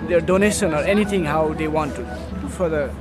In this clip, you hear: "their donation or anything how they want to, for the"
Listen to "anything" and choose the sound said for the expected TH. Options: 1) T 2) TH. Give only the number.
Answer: 1